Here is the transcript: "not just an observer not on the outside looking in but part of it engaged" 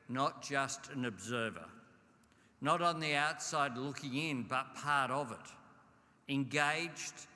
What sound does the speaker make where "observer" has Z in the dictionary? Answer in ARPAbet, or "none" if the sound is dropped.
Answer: Z